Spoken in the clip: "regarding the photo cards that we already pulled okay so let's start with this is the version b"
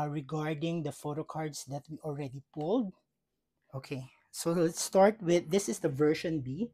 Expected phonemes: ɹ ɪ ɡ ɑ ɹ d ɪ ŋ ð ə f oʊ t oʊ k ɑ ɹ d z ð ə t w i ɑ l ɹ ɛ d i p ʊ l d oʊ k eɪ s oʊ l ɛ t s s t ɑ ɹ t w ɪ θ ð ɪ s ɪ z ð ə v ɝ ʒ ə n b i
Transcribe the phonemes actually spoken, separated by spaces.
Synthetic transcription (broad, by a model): ɹ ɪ ɡ ɑ ɹ d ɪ ŋ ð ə f oʊ t oʊ k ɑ ɹ d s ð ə t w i ɑ l ɹ ɛ d i p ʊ l d oʊ k eɪ s oʊ l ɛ t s s t ɑ ɹ t w ɪ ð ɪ s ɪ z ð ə v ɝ ʃ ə n b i